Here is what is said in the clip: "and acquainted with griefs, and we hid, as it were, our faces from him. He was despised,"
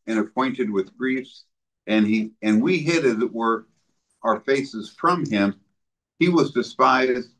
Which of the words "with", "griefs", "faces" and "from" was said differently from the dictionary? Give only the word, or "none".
none